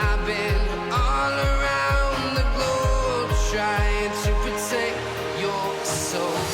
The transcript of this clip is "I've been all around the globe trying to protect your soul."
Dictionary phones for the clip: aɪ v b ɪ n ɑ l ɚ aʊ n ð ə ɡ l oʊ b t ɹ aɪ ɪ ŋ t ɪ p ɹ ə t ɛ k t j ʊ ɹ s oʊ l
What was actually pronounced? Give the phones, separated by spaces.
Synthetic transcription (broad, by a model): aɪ b ɪ n ɑ l ɚ aʊ n ð ə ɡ oʊ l t ɹ aɪ ɪ ŋ t ɪ p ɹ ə t ɛ k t j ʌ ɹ s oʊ